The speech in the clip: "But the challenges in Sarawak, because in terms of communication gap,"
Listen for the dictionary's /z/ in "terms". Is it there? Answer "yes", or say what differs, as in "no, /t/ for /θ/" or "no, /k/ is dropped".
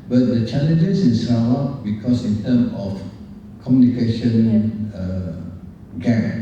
no, /z/ is dropped